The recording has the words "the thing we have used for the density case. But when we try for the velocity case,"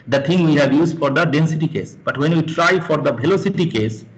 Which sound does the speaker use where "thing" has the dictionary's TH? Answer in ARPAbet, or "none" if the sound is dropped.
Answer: T